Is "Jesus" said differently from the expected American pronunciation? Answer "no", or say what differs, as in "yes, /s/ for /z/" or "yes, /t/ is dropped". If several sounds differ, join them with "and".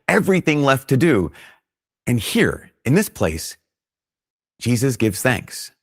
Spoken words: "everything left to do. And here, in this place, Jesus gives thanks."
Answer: no